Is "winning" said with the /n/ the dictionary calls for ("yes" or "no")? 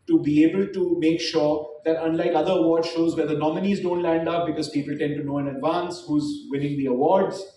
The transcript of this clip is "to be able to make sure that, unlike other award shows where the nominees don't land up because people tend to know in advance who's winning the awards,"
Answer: no